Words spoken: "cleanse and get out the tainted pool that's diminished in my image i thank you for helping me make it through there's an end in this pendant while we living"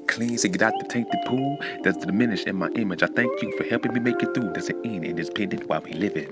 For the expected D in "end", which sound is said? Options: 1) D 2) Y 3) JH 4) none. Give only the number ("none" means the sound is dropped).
4